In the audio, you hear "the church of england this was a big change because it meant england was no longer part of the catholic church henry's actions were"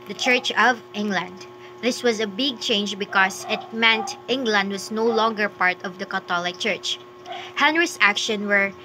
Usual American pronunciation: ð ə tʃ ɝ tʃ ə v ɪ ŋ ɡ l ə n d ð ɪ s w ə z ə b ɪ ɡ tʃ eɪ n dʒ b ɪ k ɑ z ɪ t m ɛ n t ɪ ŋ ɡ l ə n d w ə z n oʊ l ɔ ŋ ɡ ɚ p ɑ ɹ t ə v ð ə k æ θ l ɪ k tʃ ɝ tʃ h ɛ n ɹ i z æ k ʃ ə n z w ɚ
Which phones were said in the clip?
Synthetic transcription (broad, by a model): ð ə tʃ ɝ tʃ ə v ɪ ŋ ɡ l ə n d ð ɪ s w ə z ə b ɪ ɡ tʃ eɪ n dʒ b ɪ k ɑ s ɪ t m ɛ n t ɪ ŋ ɡ l ə n d w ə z n oʊ l ɔ ŋ ɡ ɚ p ɑ ɹ t ə v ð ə k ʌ t l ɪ k tʃ ɝ tʃ h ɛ n ɹ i s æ k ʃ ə n w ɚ